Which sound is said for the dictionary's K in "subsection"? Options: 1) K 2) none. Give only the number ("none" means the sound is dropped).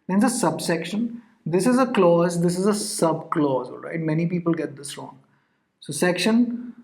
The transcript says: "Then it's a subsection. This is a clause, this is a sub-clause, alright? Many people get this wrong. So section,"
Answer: 1